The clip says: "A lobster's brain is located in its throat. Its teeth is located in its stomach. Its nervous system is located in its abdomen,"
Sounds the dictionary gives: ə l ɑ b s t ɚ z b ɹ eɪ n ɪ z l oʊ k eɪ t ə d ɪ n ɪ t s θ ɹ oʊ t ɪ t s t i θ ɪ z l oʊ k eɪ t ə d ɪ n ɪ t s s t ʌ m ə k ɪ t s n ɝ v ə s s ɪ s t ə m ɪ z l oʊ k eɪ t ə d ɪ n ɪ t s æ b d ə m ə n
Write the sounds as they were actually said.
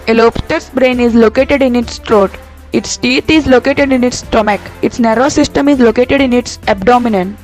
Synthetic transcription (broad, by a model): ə l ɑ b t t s b ɹ eɪ n ɪ z l oʊ k eɪ t ə d ɪ n ɪ t s t ɹ oʊ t ɪ t s t i t ɪ z l oʊ k eɪ t ə d ɪ n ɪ t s s t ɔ m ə k ɪ t s n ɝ ə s s ɪ s t ə m ɪ z l oʊ k eɪ t ə d ɪ n ɪ t s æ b d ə m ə n